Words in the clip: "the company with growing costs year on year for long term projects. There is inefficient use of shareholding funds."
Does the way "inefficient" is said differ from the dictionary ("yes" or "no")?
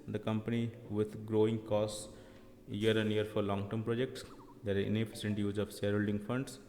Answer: yes